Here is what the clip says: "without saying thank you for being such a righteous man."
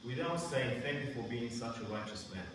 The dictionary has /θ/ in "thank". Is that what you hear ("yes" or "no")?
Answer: yes